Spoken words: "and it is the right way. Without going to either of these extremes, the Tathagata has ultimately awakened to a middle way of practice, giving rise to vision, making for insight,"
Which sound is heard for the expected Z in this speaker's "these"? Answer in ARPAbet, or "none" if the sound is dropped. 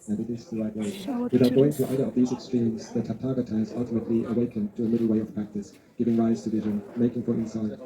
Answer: Z